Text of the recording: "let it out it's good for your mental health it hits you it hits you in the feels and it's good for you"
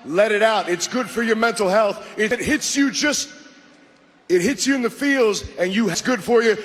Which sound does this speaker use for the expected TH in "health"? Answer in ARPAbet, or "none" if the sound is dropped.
TH